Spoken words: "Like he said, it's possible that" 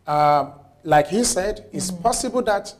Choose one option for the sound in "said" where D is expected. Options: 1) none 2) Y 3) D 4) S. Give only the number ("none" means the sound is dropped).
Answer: 3